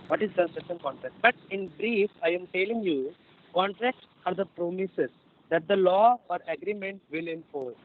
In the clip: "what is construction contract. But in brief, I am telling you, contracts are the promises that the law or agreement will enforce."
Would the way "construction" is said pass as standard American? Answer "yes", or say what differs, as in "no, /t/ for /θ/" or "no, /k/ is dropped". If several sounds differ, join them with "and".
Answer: no, /n/ is dropped and /ʃ/ is dropped